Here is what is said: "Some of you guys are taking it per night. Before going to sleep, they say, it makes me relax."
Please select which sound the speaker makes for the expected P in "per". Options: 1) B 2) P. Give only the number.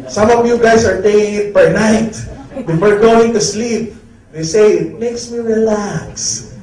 1